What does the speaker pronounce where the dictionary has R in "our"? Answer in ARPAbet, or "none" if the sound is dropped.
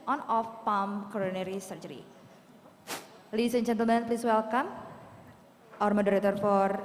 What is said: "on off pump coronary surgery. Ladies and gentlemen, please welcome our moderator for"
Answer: R